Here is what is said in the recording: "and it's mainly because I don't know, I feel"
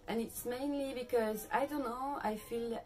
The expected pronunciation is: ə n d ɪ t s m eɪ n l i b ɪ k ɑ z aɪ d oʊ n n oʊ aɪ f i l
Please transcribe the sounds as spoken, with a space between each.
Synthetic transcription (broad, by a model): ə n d ɪ t s m eɪ n l i b ɪ k ɑ z aɪ d oʊ n n oʊ aɪ f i l